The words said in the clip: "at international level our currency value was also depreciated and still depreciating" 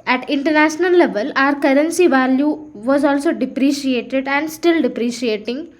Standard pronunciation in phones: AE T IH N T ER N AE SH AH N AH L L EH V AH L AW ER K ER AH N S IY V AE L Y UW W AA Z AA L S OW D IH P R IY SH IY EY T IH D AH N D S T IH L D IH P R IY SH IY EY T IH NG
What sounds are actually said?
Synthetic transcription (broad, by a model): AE T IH N T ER N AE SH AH N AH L L EH V AH L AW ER K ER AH N S IY V AE L Y UW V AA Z AA L S OW D IH P R IY SH IY EY T IH D AH N D S T IH L D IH P R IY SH IY EY T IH NG